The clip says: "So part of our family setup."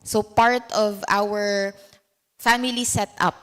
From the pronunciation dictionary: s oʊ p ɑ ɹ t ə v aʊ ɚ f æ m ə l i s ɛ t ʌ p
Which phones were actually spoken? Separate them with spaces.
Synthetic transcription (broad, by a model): s oʊ p ɑ ɹ t ə v aʊ ɚ f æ m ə l i s ɛ t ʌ p